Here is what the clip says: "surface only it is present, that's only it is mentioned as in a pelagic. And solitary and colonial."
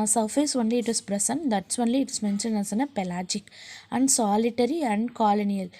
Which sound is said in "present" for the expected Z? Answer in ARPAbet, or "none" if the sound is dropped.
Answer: S